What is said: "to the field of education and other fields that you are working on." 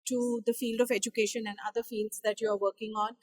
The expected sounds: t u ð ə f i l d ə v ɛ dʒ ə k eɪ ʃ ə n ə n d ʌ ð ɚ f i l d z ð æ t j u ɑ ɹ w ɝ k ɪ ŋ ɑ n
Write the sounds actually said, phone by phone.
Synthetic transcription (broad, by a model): t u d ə f i l d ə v ɛ dʒ ə k eɪ ʃ ə n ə n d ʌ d ɚ f i l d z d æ t j u ɑ ɹ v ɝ k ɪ ŋ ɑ n